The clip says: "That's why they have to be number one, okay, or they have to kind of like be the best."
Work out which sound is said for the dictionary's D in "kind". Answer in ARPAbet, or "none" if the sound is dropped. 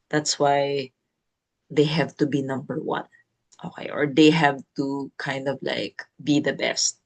D